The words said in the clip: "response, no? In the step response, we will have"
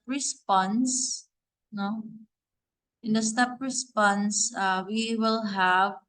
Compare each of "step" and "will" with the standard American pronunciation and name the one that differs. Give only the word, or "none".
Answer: none